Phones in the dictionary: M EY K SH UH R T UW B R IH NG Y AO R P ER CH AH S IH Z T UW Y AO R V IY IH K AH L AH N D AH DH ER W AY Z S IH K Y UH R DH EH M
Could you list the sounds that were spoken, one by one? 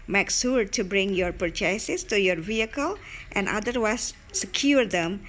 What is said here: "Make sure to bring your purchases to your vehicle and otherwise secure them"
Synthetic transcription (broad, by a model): M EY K S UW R T UW B R IH NG Y AO R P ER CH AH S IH S T UW Y AO R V IY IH K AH L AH N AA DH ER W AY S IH K Y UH R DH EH M